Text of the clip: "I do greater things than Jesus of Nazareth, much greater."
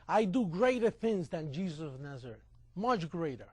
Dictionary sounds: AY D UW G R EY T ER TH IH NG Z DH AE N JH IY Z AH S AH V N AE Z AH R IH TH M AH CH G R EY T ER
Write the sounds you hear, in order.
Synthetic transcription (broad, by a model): AY D UW G R EY T ER TH IH NG Z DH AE N JH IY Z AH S AH V N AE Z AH R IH T M AH CH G R EY T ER